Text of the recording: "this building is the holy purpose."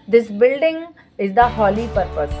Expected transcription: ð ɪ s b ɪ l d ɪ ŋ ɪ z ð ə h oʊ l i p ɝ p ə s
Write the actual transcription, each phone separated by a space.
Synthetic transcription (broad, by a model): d ɪ s b ɪ l d ɪ ŋ ɪ z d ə h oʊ l i p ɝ p ə s